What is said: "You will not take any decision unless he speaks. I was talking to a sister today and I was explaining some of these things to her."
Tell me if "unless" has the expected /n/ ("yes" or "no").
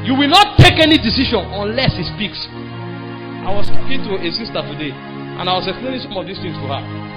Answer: yes